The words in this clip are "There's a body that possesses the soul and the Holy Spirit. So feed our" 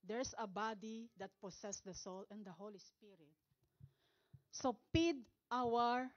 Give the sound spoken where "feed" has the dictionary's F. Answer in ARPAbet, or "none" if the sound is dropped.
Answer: P